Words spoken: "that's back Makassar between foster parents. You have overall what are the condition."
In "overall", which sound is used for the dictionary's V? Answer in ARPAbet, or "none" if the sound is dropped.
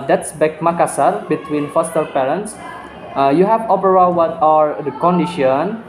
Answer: P